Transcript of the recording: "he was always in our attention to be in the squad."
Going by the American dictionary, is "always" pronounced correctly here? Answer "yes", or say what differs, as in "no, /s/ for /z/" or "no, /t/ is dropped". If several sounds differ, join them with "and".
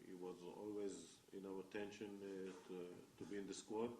yes